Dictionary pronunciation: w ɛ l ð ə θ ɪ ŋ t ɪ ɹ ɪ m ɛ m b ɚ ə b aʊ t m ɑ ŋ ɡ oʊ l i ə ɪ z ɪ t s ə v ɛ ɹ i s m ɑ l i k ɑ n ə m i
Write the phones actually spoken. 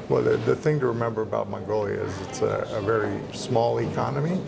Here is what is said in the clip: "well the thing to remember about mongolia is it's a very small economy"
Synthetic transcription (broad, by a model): w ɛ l ð ə θ ɪ ŋ t ɪ ɹ ɪ m ɛ m b ɚ ə b aʊ t m ɑ ŋ ɡ oʊ l i ə ɪ z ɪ t s ə v ɛ ɹ i s m ɑ l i k ɑ n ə m i